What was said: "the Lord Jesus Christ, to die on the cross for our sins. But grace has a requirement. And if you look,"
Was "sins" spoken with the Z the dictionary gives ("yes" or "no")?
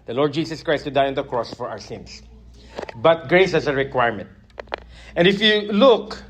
no